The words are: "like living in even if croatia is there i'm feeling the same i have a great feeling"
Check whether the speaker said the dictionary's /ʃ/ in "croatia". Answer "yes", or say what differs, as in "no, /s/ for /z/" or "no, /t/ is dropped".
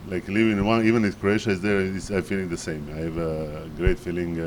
yes